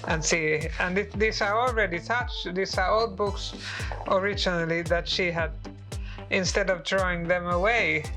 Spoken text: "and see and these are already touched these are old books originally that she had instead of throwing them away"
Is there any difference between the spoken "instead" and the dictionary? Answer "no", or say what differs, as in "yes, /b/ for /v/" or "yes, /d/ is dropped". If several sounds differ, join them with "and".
no